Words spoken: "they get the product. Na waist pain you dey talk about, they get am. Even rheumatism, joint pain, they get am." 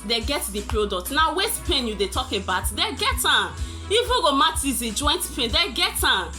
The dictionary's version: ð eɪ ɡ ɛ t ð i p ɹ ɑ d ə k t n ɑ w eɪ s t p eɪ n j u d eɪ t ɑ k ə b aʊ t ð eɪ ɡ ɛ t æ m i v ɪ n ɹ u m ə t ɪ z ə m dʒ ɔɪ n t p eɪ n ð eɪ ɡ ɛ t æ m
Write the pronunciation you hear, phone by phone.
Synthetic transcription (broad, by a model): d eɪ ɡ ɛ t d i p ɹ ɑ d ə k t n ɑ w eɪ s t p eɪ n j u d eɪ t ɑ k ə b aʊ t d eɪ ɡ ɛ t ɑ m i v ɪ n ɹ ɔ m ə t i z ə dʒ ɔɪ n t p eɪ n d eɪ ɡ ɛ t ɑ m